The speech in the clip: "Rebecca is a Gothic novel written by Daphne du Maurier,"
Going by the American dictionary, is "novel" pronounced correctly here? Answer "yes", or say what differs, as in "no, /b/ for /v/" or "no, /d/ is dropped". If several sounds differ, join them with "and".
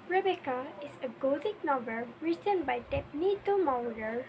no, /b/ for /v/